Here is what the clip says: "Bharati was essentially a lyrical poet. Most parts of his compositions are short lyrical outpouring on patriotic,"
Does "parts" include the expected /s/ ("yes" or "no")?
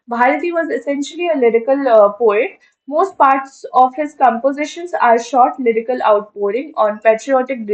yes